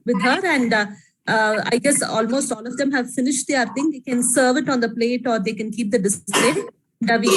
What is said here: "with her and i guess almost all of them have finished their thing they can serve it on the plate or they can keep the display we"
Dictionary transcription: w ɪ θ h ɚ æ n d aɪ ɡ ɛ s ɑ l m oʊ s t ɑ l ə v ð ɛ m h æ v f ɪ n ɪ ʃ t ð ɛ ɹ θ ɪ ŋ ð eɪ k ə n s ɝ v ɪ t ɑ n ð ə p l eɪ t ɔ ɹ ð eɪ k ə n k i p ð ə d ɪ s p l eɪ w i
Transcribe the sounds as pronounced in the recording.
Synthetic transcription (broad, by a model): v ɪ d h ɚ æ n d aɪ ɡ ɛ s ɑ l m oʊ s t ɑ l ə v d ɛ m h æ v f ɪ n ɪ ʃ t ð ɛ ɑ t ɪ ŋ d eɪ k ə n s ɝ v ɪ t ɑ n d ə p l eɪ t ɔ ɹ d eɪ k ə n k i p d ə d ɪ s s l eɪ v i